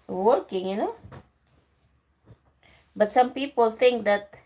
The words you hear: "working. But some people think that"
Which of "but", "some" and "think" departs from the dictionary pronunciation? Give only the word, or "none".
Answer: think